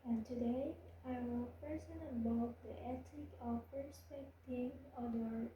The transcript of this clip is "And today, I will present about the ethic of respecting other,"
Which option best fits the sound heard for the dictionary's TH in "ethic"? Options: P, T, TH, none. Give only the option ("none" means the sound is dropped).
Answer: T